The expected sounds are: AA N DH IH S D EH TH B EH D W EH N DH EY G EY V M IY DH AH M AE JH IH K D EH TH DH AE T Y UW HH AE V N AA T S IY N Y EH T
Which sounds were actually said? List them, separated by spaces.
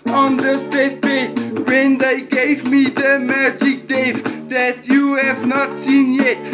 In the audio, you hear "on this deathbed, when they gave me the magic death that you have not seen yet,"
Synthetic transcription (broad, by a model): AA N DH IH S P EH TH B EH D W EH N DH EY G EY V M IY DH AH M AE JH IH K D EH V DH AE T Y UW HH AE V N AA T S IY N Y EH T